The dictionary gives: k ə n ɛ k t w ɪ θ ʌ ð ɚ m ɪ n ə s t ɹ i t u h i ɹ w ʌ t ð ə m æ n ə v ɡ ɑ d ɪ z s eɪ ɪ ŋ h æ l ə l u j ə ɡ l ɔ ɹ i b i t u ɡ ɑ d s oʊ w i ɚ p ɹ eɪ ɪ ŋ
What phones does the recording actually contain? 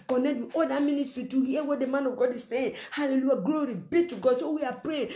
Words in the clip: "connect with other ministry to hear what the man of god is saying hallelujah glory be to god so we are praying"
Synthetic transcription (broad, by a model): k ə n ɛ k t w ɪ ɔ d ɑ m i n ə s t ɹ i t u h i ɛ w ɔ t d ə m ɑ n ə v ɡ ɑ d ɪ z s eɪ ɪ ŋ h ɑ l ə l u j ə ɡ l ɔ ɹ i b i t u ɡ ɑ d s oʊ w i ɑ p ɹ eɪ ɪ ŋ